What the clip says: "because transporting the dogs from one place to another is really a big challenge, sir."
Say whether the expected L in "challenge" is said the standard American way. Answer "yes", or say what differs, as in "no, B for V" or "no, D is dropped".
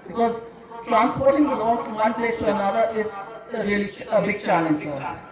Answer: yes